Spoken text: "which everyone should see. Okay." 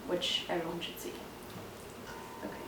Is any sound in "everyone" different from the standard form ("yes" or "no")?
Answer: yes